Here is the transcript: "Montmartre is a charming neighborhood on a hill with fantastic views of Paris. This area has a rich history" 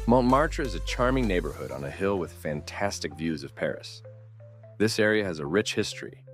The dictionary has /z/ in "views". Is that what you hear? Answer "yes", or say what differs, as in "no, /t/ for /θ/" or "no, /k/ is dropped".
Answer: yes